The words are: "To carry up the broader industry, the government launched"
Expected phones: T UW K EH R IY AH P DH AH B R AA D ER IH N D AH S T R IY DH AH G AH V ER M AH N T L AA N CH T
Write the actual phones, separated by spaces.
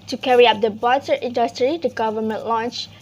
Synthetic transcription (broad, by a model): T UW K EH R IY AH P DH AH B AA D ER IH N D AH S T R IY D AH G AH V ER M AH N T L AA N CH